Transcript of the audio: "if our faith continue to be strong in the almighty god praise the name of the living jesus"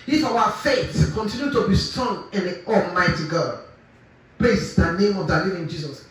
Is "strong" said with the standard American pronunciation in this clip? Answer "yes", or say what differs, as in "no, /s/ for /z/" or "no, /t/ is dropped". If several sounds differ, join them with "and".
no, /ɹ/ is dropped